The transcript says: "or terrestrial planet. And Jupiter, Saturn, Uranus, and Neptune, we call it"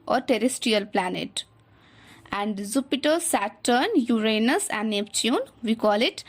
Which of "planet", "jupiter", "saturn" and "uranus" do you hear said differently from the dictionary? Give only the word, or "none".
jupiter